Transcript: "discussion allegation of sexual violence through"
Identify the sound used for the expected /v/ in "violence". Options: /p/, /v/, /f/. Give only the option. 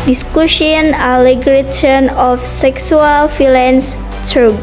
/f/